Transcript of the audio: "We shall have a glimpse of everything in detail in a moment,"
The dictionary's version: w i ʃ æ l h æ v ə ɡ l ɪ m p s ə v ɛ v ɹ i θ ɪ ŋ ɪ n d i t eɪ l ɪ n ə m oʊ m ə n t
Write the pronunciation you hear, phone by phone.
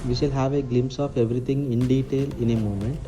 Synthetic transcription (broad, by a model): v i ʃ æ l h æ v ə ɡ l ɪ m s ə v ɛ v ɹ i t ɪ ŋ ɪ n d i t eɪ l ɪ n ə m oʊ m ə n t